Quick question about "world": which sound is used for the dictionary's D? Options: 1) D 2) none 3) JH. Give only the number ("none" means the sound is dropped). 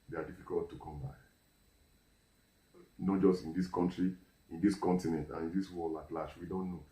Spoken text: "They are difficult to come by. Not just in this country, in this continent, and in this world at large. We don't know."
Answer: 2